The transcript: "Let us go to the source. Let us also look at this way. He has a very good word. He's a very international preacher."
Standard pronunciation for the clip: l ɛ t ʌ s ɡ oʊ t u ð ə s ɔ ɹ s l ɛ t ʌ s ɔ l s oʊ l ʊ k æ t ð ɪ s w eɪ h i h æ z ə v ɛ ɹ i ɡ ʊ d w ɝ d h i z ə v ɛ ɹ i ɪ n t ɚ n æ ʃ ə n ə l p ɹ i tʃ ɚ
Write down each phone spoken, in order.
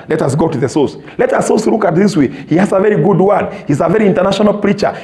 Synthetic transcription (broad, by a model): l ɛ t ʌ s ɡ oʊ t u ð ə s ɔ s l ɛ t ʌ s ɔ s l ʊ k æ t ð ɪ s w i h i h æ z ə v ɛ ɹ i ɡ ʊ d w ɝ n h i z ə v ɛ ɹ i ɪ n t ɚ n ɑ ʃ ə n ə l p ɹ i tʃ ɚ